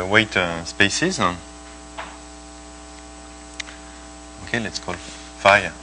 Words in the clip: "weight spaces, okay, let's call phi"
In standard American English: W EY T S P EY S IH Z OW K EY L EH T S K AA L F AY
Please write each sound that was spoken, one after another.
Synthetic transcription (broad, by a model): W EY T S P EY S IH Z OW K EY L EH T S K AA L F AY